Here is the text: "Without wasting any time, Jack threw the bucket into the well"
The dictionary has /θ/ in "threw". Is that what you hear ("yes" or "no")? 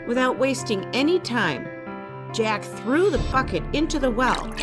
yes